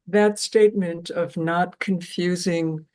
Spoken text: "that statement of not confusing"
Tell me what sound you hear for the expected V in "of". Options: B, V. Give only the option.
V